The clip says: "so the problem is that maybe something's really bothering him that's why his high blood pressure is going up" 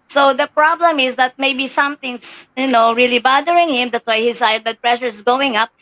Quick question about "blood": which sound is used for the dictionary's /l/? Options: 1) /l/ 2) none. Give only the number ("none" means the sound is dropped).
2